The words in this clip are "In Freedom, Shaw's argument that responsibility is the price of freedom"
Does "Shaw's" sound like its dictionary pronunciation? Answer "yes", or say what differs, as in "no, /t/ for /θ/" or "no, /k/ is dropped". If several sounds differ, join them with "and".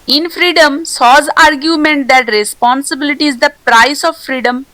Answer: no, /s/ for /ʃ/